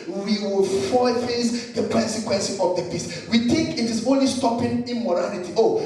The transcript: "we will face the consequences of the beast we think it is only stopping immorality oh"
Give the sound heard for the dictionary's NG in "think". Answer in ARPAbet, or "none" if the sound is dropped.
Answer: none